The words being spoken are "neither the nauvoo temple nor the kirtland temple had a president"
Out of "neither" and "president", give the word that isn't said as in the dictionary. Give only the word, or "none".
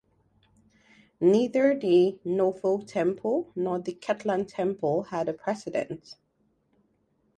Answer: president